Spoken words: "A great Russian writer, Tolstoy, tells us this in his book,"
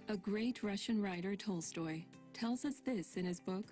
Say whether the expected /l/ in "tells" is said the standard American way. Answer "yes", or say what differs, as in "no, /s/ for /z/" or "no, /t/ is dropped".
yes